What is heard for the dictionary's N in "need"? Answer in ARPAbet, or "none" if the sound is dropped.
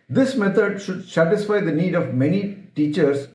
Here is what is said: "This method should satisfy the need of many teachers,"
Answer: N